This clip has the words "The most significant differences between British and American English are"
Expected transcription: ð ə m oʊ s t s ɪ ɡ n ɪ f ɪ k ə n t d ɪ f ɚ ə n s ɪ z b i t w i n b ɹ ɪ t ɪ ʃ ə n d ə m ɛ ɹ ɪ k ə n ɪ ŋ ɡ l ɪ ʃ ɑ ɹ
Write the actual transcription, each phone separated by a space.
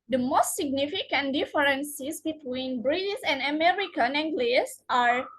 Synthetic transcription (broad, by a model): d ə m oʊ s t s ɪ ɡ n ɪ f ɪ k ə n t d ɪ f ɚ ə n s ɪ s b i t w i n b ɹ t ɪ s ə n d ə m ɛ ɹ ɪ k ə n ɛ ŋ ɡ l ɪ s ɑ ɹ